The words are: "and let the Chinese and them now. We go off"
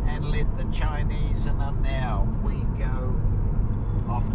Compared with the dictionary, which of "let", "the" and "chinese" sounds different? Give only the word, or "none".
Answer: none